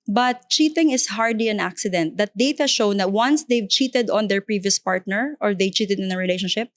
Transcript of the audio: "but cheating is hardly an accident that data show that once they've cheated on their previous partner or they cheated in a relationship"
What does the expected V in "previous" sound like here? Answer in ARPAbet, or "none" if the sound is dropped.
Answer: V